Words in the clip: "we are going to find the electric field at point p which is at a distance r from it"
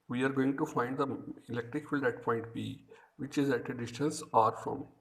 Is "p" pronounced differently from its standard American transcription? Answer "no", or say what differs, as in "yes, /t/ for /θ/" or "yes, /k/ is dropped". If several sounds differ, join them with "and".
yes, /b/ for /p/